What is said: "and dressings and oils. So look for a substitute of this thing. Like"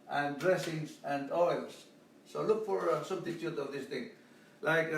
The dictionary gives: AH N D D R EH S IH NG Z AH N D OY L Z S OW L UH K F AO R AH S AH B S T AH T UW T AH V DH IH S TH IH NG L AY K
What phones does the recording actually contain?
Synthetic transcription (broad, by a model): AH N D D R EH S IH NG S AH N D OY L S OW L UH K F AO R AH S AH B T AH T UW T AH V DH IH S T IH NG L AY K